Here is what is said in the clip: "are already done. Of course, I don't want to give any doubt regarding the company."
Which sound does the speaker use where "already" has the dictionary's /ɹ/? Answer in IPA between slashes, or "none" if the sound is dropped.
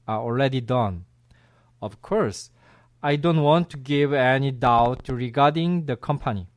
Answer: /l/